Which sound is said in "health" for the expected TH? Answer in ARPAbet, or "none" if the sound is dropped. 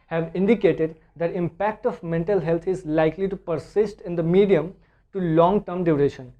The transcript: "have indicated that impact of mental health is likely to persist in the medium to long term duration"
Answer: T